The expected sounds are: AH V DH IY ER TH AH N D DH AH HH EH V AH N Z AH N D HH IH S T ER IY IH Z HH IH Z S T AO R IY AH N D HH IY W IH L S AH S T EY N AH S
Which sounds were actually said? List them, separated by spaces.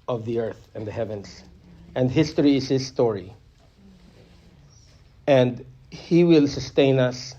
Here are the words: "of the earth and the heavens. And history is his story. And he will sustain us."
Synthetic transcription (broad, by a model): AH V DH IY ER TH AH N DH AH HH EH V AH N Z AH N D HH IH S T ER IY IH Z HH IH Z S T AO R IY AH N D HH IY W IH L S AH S T EY N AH S